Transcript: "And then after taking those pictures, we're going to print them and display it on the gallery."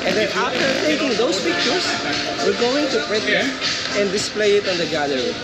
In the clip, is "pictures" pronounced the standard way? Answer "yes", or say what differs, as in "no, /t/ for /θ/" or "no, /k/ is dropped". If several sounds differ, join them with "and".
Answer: no, /s/ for /z/